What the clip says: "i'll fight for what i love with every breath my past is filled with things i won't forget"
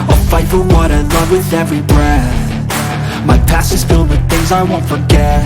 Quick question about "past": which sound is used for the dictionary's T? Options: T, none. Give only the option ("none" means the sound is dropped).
none